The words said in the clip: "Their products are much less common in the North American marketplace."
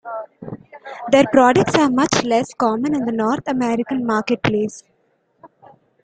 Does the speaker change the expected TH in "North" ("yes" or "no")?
yes